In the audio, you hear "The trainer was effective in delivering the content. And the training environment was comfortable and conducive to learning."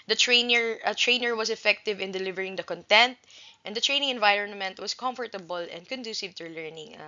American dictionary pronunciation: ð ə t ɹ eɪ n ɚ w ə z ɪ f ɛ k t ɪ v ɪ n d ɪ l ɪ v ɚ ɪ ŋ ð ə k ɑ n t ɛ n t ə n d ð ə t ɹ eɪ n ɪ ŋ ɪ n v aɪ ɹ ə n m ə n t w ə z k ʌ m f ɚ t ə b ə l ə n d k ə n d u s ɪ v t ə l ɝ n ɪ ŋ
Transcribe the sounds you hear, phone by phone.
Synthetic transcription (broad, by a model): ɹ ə t ɹ eɪ n ɚ w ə s ɪ f ɛ k t ɪ v ɪ n d ɪ l ɪ v ɚ ɪ ŋ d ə k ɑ n t ɛ n t ə n d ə t ɹ eɪ n ɪ ŋ ɪ n v aɪ ɹ ə n m ə n t w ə s k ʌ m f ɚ t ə b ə l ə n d k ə n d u s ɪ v t ə l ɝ n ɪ ŋ